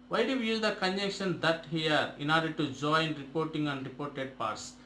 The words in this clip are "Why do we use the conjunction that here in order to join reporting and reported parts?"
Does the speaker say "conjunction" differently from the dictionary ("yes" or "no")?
yes